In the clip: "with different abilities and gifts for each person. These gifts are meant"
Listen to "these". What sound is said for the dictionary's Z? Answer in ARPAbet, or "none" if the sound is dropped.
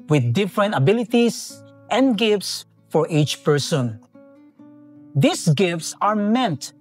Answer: S